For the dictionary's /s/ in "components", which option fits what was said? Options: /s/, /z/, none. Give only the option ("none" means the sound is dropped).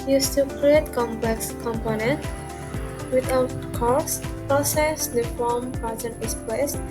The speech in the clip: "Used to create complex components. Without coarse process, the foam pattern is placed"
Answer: none